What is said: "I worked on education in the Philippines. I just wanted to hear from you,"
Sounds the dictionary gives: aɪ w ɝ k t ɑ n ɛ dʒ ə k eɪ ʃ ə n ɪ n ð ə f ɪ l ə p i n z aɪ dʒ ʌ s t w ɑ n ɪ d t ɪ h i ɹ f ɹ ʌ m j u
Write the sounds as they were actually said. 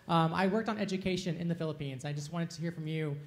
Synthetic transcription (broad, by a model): aɪ w ɝ k t n ɛ dʒ ə k eɪ ʃ ə n ɪ n ð ə f ɪ l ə p i n z aɪ dʒ ʌ s t w ɑ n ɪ d t ɪ h i ɹ f ɹ ʌ m j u